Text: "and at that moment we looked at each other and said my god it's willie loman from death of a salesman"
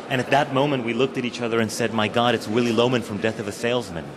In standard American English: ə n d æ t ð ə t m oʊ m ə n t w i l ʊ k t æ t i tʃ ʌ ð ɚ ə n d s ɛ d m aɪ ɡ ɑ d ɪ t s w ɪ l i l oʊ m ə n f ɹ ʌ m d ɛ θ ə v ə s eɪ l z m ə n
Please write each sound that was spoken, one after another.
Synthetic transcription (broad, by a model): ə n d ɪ t ð ə t m oʊ m ə n t w i l ʊ k t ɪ t i tʃ ʌ ð ɚ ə n s ɛ d m aɪ ɡ ɑ d ɪ t s w ɪ l i l oʊ m ə n f ɹ ʌ m d ɛ θ ə v ə s eɪ l z m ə n